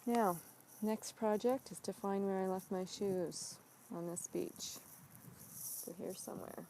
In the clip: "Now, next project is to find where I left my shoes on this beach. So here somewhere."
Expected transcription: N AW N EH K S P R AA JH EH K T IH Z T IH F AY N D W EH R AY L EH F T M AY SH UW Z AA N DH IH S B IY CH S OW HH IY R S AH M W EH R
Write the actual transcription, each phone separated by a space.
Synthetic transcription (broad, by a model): N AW N EH K S P R AA JH EH K T IH Z T IH F AY N D W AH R AY L EH F T M AY SH UW Z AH N DH IH S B IY CH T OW HH IY R S AH M W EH R